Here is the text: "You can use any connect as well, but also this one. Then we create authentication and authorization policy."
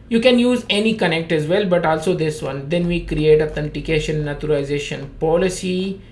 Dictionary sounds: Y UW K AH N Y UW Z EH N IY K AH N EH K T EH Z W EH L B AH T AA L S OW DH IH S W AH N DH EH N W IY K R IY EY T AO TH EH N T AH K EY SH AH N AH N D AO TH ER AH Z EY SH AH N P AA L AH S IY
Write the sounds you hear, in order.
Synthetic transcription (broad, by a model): Y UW K AH N Y UW Z EH N IY K AH N EH K T EH Z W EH L B AH T AA L S OW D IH S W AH N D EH N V IY K R IY EY T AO T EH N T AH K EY SH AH N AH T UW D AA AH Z EY SH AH N P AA L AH S IY